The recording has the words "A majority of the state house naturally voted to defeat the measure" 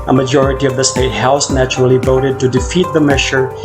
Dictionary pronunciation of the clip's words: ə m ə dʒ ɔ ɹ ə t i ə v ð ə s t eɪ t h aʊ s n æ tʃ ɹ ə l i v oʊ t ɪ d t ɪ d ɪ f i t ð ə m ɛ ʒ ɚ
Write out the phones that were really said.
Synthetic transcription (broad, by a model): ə m ə dʒ ɔ ɹ ə t i ə v ð ə s t eɪ t h aʊ s n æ tʃ ə l i v oʊ t ɪ d t ɪ d ɪ f i t ð ə m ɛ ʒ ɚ